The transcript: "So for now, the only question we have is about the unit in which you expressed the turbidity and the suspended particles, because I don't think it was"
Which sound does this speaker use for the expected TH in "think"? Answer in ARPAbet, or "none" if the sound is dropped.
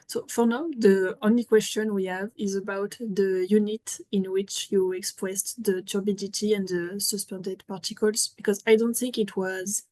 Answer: TH